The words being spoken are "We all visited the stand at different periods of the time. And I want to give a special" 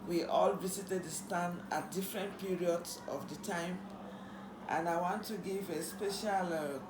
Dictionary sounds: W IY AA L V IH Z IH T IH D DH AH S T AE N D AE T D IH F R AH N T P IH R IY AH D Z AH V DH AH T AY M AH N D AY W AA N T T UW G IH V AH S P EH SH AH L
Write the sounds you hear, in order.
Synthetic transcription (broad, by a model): W IY AA L V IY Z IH T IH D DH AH S T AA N AA T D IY F R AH N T P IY R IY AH D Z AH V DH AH T AY M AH N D AY W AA N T T UW G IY V AH S P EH SH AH L